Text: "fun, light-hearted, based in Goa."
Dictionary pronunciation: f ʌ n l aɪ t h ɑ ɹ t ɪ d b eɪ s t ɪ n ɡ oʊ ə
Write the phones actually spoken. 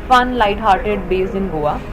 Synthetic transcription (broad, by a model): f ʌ n l aɪ t h ɑ ɹ t ɪ d b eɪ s ɪ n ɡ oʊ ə